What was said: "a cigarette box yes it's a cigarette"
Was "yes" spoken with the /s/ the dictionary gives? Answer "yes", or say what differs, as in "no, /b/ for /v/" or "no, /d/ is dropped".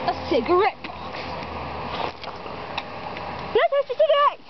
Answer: no, /s/ is dropped